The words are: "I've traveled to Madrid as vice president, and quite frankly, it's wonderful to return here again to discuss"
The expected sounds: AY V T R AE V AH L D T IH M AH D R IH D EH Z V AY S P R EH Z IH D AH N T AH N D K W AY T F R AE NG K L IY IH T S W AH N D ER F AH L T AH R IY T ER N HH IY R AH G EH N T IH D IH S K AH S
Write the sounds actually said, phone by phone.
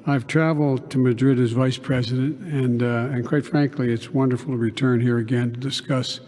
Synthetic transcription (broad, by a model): AY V T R AE V L D T IH M AH D R IH D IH Z V AY S P R EH Z IH D AH N T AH N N K W AY T F R AE NG K L IY IH T S W AH N D ER F L T AH R IY T ER N HH IY R AH G EH N T IH D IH S K AH S